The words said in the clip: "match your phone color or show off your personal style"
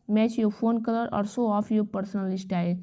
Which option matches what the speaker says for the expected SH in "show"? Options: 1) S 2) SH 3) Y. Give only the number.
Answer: 1